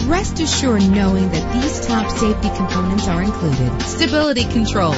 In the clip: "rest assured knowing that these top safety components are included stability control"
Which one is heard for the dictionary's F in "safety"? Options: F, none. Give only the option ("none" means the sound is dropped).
F